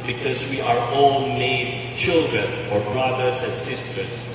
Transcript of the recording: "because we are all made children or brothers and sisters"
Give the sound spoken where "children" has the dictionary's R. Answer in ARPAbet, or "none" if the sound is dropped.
R